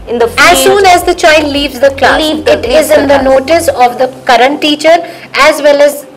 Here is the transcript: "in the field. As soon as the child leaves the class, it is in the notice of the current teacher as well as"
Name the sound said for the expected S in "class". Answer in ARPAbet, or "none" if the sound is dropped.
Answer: none